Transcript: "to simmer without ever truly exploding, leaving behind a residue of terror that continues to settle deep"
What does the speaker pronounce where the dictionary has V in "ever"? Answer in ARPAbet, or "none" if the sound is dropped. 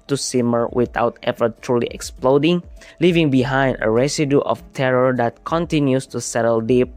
F